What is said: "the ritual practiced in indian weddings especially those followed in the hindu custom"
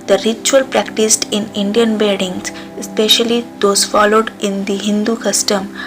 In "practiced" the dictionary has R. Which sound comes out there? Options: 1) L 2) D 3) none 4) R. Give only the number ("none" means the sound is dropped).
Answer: 4